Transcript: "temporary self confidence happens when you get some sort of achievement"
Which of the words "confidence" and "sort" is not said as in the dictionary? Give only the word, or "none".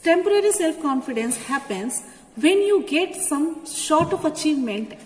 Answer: sort